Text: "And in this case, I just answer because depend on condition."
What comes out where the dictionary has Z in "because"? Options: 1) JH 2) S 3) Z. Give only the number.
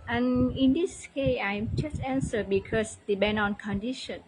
2